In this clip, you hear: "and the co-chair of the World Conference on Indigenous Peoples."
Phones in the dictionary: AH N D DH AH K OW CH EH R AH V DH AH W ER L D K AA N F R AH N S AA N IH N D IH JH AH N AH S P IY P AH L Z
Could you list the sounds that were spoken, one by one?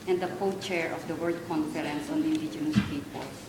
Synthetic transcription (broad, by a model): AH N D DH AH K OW CH EH R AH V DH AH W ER D K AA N F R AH N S AA N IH N D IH JH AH N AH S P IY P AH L